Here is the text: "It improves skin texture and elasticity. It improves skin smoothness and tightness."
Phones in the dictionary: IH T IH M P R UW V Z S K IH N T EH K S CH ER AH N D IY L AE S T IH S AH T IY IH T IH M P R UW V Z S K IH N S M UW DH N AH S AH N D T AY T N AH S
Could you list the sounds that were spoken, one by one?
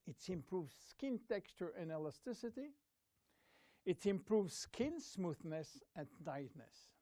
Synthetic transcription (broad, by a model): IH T IH M P R UW V Z S K IH N T EH K S CH ER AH N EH L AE S T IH S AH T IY IH T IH M P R UW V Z S K IH N S M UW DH N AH S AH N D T AY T N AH S